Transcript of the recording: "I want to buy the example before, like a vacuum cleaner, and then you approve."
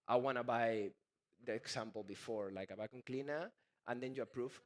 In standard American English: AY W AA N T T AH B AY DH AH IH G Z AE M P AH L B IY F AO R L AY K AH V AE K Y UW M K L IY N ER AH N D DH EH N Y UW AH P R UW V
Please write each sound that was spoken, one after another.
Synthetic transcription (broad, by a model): AY W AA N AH B AY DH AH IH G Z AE M P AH L B IY F AO R L AY K AH B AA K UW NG K L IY N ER AH N D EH N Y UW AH P R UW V